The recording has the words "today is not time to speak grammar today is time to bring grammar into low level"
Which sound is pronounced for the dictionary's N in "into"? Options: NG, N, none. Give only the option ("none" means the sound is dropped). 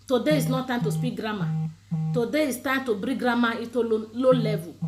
none